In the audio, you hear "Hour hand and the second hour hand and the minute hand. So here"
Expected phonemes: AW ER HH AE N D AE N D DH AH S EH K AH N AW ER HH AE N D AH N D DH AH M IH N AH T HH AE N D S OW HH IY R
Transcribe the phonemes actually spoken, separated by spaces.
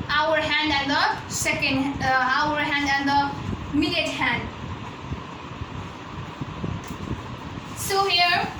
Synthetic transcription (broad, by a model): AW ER HH AE N D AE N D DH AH S EH K AH N AW ER HH AE N D AH N D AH M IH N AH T HH AE N D S OW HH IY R